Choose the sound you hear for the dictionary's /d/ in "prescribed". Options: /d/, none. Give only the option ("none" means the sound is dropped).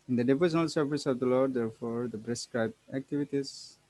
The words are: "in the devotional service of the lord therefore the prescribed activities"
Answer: none